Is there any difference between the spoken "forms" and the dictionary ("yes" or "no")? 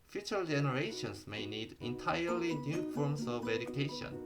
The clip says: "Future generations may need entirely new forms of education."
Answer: yes